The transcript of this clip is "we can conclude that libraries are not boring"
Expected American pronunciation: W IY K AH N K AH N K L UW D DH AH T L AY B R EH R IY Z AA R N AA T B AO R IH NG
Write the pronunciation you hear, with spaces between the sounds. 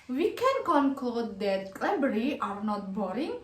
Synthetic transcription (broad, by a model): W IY K AH N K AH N K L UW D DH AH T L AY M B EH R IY AA R N AA T B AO R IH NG